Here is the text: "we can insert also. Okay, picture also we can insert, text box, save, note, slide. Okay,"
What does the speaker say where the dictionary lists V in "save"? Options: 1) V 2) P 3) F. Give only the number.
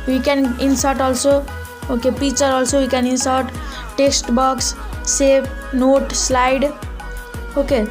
2